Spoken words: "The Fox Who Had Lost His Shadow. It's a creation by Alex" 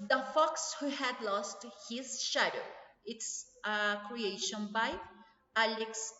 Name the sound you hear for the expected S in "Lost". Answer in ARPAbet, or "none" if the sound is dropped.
S